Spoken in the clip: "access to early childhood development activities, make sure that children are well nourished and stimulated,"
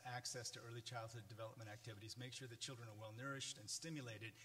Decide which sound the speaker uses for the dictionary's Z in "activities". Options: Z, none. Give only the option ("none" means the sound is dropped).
Z